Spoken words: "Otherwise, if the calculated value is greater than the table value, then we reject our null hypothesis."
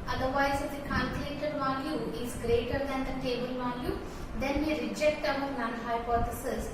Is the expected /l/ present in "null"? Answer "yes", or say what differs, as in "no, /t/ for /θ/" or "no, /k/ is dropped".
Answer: no, /n/ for /l/